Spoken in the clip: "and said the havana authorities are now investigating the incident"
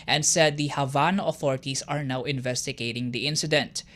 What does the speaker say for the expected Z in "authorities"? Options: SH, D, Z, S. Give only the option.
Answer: S